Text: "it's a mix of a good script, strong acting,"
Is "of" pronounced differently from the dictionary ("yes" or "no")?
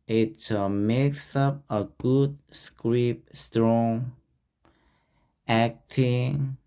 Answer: yes